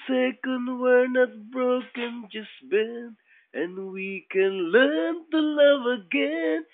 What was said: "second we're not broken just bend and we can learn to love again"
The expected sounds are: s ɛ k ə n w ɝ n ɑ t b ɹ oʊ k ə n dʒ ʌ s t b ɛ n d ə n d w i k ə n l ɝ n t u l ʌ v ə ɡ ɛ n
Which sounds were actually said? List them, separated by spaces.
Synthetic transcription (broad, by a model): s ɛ k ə n w ɝ n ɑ t b ɹ oʊ k ə n dʒ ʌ s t b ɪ n ə n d w i k ə n l ɝ n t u l ʌ v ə ɡ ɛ n